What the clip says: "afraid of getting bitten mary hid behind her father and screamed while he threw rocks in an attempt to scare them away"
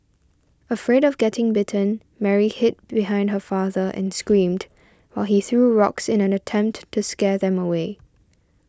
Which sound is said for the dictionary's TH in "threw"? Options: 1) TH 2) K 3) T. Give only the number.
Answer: 1